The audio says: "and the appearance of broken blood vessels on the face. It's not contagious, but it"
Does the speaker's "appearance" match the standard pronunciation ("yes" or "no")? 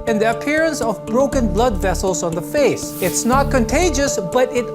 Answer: yes